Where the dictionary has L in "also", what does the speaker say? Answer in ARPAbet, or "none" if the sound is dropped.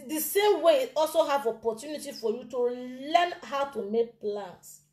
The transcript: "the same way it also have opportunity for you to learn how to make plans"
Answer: L